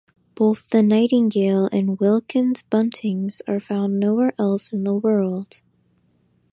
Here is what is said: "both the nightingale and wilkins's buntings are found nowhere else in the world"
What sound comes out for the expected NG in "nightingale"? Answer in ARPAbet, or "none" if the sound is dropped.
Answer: NG